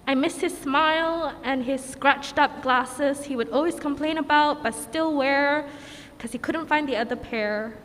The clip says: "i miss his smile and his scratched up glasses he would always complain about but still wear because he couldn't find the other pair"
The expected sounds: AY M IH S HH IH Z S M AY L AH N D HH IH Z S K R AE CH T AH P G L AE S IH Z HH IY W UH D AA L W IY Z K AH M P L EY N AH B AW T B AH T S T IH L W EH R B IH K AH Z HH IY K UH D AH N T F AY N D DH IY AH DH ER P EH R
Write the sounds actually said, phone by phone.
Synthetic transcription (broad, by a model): AY M IH S HH IH Z S M AY L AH N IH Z S K R AE CH T AH P G L AE S IH Z HH IY W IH D AA L W IY Z K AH M P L EY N AH B AW T B AH T S T IH L W EH R K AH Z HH IY K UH D N T F AY N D DH IY AH DH ER P EH R